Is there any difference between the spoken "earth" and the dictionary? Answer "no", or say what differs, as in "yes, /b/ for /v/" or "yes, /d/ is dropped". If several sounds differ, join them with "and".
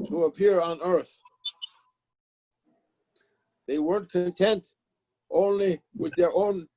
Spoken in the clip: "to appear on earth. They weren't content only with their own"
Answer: no